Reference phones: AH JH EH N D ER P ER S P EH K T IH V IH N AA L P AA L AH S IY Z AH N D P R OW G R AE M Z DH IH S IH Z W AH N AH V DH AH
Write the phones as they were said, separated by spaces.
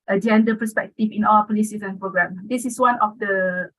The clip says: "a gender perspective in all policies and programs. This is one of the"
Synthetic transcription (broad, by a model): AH JH EH N D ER P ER S P EH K T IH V IH N AA W P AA L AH S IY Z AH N P R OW G R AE M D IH S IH S W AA N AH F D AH